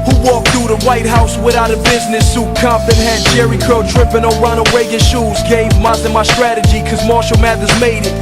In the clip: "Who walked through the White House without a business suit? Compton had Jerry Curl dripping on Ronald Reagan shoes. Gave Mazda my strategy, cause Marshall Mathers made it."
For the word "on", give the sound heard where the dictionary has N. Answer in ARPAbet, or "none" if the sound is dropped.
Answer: L